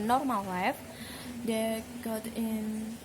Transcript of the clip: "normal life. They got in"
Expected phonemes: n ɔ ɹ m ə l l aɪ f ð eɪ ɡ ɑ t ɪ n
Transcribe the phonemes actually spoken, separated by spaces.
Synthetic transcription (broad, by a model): n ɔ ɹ m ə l w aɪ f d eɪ ɡ ɑ t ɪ n